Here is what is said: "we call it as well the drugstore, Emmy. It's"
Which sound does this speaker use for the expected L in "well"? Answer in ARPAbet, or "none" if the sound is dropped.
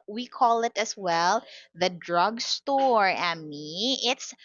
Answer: L